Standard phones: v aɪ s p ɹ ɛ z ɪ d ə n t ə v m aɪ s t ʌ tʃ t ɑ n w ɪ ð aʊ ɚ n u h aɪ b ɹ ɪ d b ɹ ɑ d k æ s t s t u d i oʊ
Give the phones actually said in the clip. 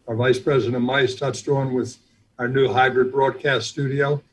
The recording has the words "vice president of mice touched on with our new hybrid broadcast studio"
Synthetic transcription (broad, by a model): v aɪ s p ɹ ɛ z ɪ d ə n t m aɪ s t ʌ s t ɑ n w ɪ ð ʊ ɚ n u h aɪ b ɹ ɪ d b ɹ ɑ d k æ s t s t u d i oʊ